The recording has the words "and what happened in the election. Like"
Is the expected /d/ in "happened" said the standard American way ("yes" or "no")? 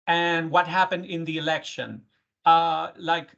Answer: yes